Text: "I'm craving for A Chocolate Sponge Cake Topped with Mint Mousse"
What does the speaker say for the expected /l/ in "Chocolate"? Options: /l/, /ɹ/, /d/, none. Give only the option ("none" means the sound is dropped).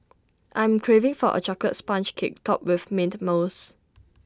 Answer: none